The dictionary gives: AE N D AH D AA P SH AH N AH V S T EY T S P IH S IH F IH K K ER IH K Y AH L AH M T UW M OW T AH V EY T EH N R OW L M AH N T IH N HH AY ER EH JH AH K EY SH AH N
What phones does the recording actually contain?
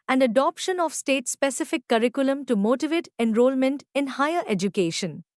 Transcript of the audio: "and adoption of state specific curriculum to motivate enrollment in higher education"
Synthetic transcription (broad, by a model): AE N D AH D AA P SH AH N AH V S T EY T S P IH S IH F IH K K ER IH K Y AH L AH M T UW M OW T AH V EY T EH N R OW L M AH N T IH N HH AY ER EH JH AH K EY SH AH N